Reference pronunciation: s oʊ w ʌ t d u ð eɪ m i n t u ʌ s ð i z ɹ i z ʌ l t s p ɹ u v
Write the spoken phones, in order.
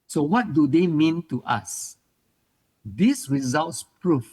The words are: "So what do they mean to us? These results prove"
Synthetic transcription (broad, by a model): s oʊ w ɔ t d u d eɪ m i n t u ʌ s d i s ɹ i z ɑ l t s p ɹ u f